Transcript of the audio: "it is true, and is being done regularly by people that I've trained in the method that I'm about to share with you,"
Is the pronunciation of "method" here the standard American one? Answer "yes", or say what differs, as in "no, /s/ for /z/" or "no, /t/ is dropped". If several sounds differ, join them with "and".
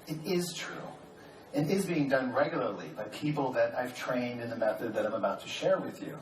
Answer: yes